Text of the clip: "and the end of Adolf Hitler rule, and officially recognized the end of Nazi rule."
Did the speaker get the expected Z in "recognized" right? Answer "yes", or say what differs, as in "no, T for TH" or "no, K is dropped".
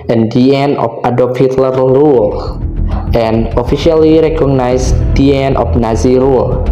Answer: no, S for Z